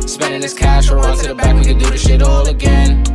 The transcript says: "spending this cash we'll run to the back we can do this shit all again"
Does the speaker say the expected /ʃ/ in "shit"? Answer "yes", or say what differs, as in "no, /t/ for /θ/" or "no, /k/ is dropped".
yes